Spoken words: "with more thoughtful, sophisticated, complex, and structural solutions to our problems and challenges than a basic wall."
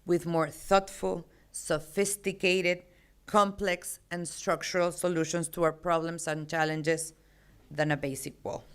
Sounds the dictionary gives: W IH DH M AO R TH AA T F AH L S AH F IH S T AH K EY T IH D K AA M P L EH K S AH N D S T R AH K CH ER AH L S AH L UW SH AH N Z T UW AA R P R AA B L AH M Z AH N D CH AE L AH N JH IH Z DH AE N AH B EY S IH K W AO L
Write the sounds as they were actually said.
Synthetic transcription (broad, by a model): W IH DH M AO R TH AA T F AH L S AH F IH S T AH K EY T IH D K AA M P L EH K S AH N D S T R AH K CH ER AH L S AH L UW SH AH N S T UW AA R P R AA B L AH M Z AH N CH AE L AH N JH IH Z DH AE N AH B EY S IH K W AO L